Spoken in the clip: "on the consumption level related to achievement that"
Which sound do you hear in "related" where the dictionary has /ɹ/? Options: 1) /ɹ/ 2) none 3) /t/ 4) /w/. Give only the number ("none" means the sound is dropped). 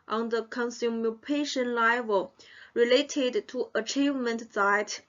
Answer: 1